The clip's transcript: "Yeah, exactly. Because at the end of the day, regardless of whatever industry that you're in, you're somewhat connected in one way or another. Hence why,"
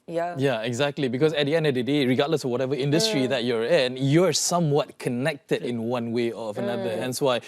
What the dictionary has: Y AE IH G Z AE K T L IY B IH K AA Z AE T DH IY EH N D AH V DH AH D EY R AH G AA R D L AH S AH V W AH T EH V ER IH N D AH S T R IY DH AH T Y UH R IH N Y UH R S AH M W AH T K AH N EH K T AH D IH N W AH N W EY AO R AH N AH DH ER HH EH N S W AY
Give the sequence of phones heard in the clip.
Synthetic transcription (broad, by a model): Y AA IH G Z AE K T L IY B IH K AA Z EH T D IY EH N D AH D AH D EY R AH G AA D L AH S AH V W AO T EH V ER IH N D AH S T R IY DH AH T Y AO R IH N Y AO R S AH M W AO T K AH N EH K T AH D IH N W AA N W EY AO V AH N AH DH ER HH EH N S W AY